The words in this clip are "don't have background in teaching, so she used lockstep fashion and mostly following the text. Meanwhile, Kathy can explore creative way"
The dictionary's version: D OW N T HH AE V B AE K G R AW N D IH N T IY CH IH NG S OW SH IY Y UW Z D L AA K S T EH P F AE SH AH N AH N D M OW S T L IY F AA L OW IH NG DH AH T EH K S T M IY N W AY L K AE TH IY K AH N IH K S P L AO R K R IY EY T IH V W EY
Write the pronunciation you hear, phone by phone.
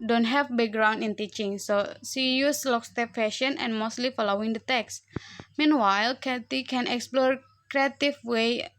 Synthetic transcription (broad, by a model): D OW N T HH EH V B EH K G R AW N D IH N T IY CH IH NG S OW S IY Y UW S L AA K S T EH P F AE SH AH N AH N M OW S T L IY F AA L OW IH NG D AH T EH K S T M IY N W AY L K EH T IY K AH N IH K S P L AO R K R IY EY T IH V W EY